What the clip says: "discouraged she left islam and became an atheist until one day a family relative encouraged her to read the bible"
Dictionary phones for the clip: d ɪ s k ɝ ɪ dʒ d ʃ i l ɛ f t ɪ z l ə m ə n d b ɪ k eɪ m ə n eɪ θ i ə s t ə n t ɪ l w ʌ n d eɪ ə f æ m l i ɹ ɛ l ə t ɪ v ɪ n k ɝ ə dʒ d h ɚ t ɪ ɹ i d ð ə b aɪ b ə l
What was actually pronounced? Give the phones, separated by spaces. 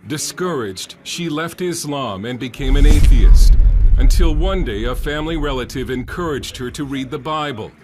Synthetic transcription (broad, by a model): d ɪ s k ɝ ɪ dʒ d ʃ i l ɛ f t ɪ z l ə m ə n b ɪ k eɪ m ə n eɪ θ i ə s t ə n t ɪ l w ʌ n d eɪ ə f æ m l i ɹ ɛ l ə t ɪ v ɪ n k ɝ ə dʒ d h ɚ t ɪ ɹ i d ð ə b aɪ b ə l